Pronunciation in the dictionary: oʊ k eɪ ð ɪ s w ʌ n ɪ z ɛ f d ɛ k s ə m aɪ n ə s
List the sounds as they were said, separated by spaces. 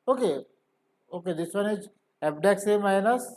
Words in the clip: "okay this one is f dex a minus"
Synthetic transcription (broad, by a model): oʊ k eɪ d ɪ s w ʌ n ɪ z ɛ p d ɛ k s ə m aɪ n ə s